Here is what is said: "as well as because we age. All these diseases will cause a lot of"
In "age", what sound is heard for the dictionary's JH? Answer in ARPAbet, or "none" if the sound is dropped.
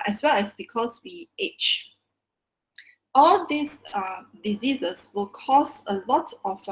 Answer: CH